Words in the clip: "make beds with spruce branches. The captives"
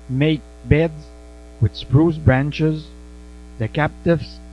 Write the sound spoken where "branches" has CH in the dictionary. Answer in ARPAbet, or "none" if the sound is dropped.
CH